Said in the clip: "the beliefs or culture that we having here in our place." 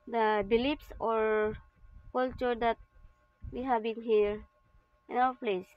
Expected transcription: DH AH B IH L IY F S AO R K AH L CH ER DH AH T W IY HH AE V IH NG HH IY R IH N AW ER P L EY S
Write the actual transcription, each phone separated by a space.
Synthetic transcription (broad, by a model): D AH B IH L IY P S AO R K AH L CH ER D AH T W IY HH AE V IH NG HH IY R IH N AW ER P L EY S